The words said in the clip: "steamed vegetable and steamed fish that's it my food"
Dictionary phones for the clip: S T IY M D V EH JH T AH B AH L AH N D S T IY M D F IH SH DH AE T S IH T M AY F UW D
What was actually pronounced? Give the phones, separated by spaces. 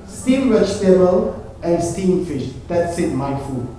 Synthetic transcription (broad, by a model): S T IY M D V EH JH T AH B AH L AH N S T IY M F IH SH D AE T S IH T M AY F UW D